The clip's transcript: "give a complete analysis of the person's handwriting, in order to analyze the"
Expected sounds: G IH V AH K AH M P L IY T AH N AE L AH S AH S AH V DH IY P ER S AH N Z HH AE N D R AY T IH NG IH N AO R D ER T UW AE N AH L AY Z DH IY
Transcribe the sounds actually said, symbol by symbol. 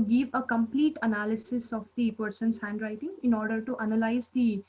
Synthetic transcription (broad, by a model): G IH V AH K AH M P L IY T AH N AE L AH S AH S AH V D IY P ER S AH N S HH AE N D R AY T IH NG IH N AO R D ER T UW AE N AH L AY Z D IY